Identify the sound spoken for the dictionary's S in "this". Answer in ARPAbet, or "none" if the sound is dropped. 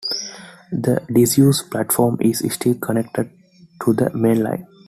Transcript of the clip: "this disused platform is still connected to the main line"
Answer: none